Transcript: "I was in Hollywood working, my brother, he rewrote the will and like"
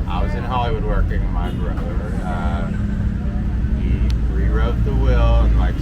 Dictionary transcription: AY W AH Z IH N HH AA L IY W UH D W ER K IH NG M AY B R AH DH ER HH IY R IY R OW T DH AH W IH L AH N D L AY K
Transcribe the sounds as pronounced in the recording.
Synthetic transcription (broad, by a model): AY W AH Z IH N HH AA L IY W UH D W ER K IH NG M AY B R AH ER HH IY R IY R OW T DH AH W IH L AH N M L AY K